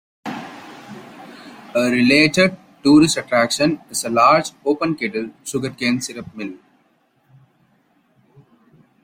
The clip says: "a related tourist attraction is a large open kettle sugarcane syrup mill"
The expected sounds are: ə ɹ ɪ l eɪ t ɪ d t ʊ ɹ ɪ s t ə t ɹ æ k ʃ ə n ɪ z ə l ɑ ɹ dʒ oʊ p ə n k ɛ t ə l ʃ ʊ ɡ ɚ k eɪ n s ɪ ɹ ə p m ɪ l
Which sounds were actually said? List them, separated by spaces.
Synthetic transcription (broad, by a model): ə ɹ ɪ l eɪ t ɪ d t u ɹ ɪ s t ə t ɹ æ k ʃ ə n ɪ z ə l ɑ ɹ dʒ oʊ p ə n k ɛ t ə l s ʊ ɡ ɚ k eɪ n s ɪ ɹ ə p m ɪ l